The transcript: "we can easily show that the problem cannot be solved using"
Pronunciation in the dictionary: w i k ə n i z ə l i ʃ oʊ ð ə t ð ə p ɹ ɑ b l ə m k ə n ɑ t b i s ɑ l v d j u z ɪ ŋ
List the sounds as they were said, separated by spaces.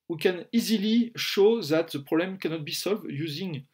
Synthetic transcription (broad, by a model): w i k ə n i z ə l i ʃ oʊ ð ə t ð ə p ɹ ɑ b l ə m k ə n ɑ t b i s ɑ l v d j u z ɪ ŋ